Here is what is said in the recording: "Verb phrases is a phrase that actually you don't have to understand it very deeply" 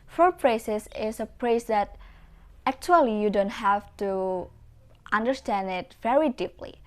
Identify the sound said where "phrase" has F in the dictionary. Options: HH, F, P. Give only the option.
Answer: P